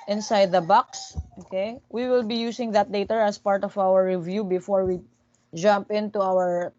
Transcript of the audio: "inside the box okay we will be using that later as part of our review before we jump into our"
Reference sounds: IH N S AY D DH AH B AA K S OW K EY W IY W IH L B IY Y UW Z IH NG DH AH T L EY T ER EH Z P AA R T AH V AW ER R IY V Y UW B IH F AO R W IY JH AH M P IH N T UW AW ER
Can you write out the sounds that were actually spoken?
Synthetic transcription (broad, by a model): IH N S AY D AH B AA K S OW K EY W IY W IH L B IY Y UW S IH NG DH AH T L EY T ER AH S P AA R T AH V AW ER R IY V Y UW B IH F AO R W IY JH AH M P IH N T UW AW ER